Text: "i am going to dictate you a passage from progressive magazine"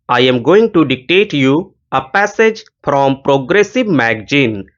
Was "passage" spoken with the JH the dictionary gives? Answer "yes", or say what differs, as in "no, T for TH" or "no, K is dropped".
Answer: yes